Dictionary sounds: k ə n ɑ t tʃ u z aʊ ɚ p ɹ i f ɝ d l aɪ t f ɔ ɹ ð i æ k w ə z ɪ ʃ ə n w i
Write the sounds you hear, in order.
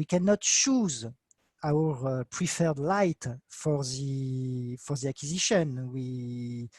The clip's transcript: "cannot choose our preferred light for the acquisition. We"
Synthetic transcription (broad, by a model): k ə n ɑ t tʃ u z aʊ ɚ p ɹ i f ɝ d l aɪ t f ɔ ɹ ð i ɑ k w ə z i ʃ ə n w i